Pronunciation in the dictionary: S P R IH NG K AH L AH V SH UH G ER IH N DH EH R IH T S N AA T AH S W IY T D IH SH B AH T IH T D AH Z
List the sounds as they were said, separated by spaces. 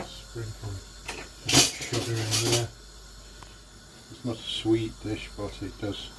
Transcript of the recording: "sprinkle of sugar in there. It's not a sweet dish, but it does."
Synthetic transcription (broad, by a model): S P R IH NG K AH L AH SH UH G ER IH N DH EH IH T S N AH T AH S W IY T D IH SH B AH T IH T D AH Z